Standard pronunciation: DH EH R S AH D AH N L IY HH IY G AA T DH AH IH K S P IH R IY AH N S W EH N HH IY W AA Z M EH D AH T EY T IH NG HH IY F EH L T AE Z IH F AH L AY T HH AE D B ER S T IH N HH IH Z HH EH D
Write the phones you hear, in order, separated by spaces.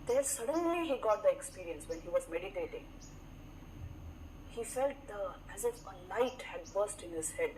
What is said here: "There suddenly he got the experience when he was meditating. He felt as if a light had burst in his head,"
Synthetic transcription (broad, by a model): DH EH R S AH D AH N L IY HH IY G AA T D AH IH K S P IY R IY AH N S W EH N HH IY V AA Z M EH D AH T EY T IH NG HH IY F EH L T AE Z IH F AH N AY T HH AE D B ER S T IH N HH IH Z HH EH D